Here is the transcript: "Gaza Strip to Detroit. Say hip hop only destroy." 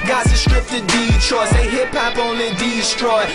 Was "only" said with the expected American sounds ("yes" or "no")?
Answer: no